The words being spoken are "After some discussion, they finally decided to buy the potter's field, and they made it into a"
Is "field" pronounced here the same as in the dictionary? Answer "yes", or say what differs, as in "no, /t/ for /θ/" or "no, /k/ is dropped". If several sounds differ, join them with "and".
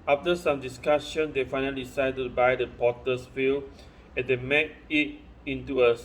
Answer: no, /d/ is dropped